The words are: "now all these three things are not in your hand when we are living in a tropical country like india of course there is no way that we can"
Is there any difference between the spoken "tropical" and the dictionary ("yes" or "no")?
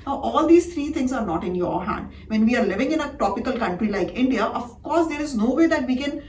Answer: yes